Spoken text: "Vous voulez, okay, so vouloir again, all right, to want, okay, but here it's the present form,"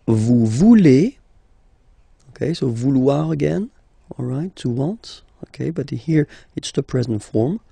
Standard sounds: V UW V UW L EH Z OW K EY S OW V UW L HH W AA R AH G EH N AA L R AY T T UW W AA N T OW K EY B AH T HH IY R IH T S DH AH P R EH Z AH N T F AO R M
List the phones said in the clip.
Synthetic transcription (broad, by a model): V UW V UW L EH OW K EY S OW V UW L W AA R AH G EH N AA L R AY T T UW W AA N T OW K EY B AH T HH IY R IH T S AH P R EH Z AH N T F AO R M